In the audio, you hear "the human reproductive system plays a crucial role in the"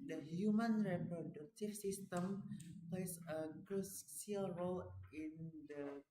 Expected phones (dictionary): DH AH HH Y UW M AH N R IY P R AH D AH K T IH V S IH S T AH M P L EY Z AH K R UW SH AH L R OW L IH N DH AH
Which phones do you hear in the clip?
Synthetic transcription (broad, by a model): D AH HH Y UW M AH N R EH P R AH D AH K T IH F S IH S T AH M P L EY S AH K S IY AH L R OW L IH N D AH